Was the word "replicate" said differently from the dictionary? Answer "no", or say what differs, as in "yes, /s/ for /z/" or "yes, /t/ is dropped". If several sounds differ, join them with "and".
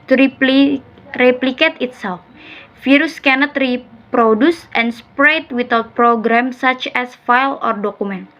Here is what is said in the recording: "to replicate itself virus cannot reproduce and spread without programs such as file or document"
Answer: no